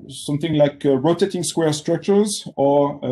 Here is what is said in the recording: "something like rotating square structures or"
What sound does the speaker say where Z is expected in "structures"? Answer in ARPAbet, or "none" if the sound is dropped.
Z